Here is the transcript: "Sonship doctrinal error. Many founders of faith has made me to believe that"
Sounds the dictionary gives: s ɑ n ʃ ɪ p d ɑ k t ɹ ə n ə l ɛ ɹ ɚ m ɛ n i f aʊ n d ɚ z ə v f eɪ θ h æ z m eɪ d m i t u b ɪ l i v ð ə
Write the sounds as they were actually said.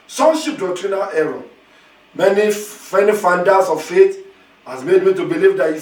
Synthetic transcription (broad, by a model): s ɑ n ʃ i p d ɑ k t ɹ ə n ə l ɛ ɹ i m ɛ n i f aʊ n d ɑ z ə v f eɪ t h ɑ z m eɪ d m i t u b ɪ l i v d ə